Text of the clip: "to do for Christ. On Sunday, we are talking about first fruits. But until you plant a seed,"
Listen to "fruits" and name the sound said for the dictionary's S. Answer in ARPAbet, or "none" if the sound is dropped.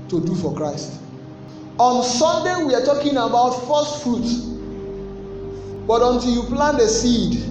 none